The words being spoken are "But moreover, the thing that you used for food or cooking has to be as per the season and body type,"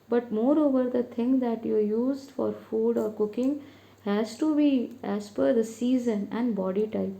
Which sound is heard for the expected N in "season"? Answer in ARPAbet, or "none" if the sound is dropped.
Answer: N